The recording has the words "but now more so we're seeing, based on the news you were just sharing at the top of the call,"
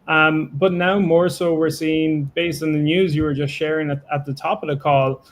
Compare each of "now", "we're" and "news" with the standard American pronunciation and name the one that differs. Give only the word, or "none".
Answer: none